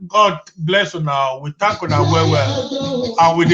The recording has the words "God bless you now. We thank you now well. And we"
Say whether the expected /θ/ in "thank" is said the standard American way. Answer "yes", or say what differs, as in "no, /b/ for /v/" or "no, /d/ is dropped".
no, /t/ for /θ/